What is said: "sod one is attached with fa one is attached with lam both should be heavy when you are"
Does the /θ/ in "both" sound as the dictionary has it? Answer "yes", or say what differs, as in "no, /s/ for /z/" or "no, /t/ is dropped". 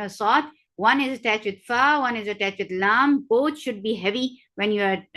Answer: no, /t/ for /θ/